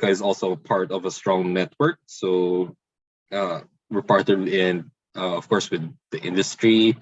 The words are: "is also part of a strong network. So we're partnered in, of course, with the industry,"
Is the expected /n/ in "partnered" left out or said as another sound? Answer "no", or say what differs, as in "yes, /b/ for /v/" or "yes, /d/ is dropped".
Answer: yes, /n/ is dropped